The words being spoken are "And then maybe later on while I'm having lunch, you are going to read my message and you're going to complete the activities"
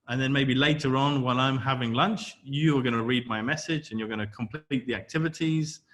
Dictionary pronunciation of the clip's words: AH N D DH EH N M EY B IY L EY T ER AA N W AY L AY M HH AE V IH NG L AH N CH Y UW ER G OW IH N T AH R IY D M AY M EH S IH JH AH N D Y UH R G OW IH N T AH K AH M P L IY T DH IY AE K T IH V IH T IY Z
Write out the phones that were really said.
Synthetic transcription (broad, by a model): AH N DH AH N M EY B IY L EY T ER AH N W AY L AY M HH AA V IH NG L AH N CH Y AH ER G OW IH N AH R IY D M AY M EH S IH JH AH N Y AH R G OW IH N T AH K AH M P L IY T DH IY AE K T IH V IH T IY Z